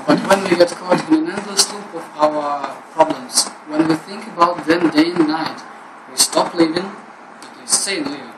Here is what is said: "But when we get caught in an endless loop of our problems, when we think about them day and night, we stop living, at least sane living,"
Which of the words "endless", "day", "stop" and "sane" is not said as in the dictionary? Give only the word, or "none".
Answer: endless